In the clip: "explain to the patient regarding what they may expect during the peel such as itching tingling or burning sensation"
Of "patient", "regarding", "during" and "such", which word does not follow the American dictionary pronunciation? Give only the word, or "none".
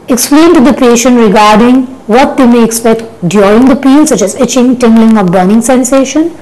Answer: during